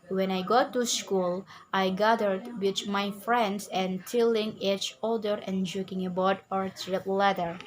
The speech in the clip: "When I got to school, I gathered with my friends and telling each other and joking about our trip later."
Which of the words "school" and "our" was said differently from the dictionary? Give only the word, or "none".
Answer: none